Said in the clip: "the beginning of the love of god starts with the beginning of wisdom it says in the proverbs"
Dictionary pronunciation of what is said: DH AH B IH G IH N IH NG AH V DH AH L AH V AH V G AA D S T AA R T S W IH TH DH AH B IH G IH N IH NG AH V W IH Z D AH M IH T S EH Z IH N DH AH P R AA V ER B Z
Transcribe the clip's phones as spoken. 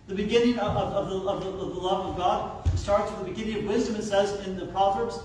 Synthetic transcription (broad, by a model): DH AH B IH G IH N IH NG AH V DH AH L AH V AH V G AA D S T AA R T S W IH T DH AH B IH G IH N IH NG AH V W IH Z D AH M IH T S EH Z IH N DH AH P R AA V ER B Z